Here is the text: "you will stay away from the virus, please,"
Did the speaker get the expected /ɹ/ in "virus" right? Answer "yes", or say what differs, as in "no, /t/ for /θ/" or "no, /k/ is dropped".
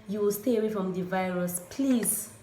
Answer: yes